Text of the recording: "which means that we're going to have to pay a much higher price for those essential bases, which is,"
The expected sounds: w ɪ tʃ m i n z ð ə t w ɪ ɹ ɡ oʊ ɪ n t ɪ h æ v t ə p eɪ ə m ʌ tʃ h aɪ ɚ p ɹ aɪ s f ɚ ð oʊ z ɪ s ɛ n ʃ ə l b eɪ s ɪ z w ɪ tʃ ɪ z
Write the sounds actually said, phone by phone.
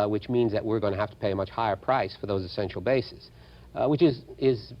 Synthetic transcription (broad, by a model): w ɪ tʃ m i n z ð ə t w ɪ ɹ ɡ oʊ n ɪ h æ f t ə p eɪ ə m ʌ tʃ h aɪ ɚ p ɹ aɪ s f ɚ ð oʊ z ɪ s ɛ n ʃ l b eɪ s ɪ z w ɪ tʃ ɪ z